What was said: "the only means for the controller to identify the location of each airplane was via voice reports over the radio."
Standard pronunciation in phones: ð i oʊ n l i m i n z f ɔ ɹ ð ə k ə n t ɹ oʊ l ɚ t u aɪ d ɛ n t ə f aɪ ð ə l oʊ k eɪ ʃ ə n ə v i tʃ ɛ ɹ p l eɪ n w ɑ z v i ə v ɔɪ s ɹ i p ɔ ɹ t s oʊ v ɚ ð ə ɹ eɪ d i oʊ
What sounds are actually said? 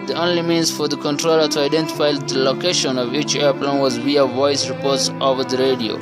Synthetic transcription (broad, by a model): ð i oʊ n l i m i n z f ɔ ɹ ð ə k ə n t ɹ oʊ l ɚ t u aɪ d ɛ n t ə f aɪ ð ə l oʊ k eɪ ʃ ə n ə v i tʃ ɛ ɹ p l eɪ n w ɑ z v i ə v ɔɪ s ɹ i p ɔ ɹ t s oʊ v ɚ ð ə ɹ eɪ d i oʊ